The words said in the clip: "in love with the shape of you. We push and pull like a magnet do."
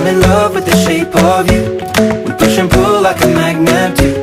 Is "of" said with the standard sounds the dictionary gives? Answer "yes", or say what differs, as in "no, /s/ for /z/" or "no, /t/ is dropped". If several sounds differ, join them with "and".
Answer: yes